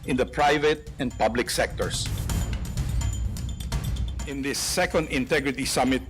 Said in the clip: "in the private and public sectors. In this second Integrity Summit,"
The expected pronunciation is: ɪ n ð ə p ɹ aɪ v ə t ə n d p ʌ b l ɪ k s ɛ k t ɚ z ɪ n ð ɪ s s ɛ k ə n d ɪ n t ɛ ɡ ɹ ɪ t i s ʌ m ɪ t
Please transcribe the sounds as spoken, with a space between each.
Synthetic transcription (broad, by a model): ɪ n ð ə p ɹ aɪ v ə t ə n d p ʌ b l ɪ k s ɛ k t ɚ s ɪ n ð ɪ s s ɛ k ə n d ɪ n t ɛ ɡ ɹ ɪ t i s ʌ m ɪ t